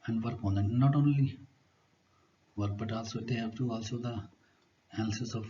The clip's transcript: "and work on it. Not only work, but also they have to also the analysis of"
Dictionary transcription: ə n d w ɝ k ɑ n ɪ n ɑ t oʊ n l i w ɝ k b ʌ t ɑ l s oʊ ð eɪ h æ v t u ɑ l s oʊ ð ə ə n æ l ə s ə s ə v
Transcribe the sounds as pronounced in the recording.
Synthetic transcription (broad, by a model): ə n d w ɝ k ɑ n ɪ n ɑ t oʊ n l i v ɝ k b ʌ t ɑ l s oʊ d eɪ h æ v t u ɑ l s oʊ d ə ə æ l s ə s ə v